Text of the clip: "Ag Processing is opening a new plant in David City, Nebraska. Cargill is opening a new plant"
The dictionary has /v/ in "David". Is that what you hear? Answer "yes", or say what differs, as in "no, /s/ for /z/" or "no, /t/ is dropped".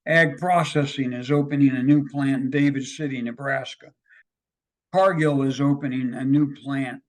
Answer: yes